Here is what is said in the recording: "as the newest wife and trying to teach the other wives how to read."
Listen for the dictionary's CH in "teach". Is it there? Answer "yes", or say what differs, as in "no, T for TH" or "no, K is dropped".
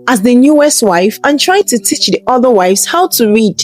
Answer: yes